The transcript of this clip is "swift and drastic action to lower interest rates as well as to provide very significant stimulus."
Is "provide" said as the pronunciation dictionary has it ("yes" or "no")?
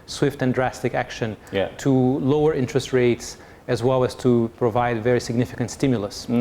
yes